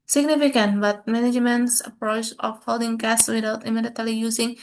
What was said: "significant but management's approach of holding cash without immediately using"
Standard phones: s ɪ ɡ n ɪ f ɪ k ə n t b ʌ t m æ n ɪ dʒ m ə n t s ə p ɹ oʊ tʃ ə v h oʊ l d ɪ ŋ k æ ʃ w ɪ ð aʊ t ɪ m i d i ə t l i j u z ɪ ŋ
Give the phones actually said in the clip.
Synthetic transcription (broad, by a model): s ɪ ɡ n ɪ f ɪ k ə n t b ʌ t m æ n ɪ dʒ m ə n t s ə p ɹ oʊ tʃ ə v h oʊ l d ɪ ŋ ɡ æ s w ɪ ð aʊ t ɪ m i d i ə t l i j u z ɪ ŋ